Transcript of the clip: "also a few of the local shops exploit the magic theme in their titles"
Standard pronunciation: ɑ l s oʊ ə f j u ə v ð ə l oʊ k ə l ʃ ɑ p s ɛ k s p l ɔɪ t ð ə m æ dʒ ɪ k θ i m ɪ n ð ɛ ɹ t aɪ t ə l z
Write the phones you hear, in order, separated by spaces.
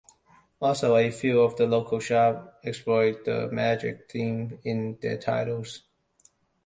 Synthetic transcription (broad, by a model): ɑ l s oʊ ə f j u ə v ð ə l oʊ k ə l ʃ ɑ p ɛ k s p l ɔɪ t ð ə m æ dʒ ɪ k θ i m ɪ n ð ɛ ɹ t aɪ t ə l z